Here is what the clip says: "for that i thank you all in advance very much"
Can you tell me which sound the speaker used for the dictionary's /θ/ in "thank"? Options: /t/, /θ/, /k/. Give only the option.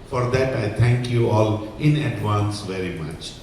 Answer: /t/